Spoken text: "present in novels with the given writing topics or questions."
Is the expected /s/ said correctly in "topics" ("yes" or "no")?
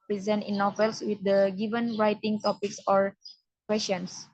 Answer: yes